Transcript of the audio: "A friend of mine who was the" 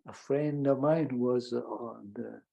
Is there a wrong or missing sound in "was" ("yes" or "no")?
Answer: no